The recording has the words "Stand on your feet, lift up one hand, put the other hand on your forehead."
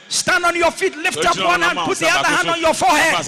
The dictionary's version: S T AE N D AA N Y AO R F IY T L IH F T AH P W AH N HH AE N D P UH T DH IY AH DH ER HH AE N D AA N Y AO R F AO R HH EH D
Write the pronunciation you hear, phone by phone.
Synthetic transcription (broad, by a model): S T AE N D AA N Y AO F IY T L IH F T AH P W AH N HH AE N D P UH T DH IY AH DH ER HH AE N D AA N Y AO F AO HH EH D